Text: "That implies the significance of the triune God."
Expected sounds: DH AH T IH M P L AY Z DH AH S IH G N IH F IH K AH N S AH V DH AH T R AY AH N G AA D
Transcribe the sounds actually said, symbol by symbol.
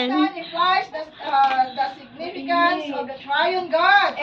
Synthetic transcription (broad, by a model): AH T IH P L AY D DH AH S IH G N IH F IH K AH N S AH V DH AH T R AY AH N G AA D